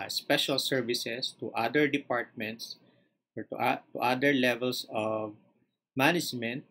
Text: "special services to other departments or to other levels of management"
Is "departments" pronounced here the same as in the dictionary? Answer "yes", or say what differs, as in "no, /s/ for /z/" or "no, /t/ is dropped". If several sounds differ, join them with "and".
yes